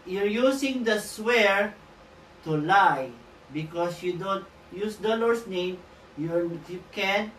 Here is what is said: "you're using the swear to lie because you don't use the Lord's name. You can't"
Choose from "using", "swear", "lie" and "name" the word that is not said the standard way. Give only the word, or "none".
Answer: using